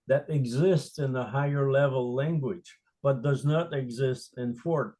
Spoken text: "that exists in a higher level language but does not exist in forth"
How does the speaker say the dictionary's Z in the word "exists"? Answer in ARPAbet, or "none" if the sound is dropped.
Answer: Z